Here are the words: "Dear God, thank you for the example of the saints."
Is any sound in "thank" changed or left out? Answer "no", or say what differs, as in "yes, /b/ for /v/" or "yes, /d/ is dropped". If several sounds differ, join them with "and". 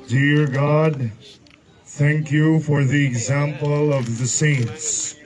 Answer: no